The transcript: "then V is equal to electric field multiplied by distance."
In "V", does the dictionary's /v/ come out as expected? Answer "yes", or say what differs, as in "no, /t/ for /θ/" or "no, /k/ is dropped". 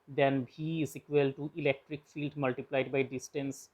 no, /b/ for /v/